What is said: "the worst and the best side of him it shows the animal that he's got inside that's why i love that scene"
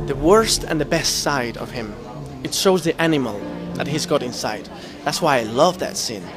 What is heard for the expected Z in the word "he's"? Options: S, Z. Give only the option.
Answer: Z